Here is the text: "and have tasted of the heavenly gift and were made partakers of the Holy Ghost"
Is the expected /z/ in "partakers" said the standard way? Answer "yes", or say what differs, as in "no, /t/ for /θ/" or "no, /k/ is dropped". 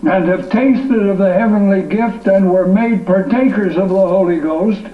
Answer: yes